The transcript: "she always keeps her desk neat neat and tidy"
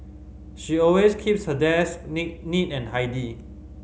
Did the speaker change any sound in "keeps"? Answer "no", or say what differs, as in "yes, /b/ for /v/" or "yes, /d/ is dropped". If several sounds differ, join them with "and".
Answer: no